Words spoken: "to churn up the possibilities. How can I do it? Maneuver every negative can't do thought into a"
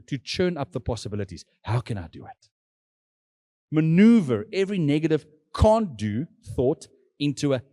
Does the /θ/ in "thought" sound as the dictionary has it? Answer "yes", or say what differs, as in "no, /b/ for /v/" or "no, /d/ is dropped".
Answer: yes